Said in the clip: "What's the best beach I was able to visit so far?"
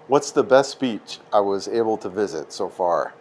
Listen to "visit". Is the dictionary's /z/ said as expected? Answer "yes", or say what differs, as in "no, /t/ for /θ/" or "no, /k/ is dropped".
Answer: yes